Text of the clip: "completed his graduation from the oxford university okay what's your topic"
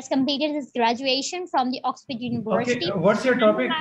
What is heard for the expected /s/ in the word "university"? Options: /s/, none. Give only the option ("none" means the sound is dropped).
none